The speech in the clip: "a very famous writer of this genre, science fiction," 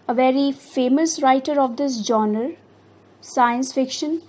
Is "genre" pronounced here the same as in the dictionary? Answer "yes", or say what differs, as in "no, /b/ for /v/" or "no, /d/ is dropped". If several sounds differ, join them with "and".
no, /ɹ/ is dropped